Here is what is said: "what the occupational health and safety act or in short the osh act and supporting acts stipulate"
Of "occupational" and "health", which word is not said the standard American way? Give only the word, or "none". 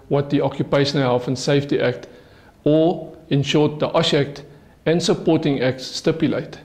health